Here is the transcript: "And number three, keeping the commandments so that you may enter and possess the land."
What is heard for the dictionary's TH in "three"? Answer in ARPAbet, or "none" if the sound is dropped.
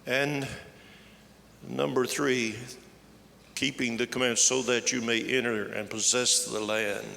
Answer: TH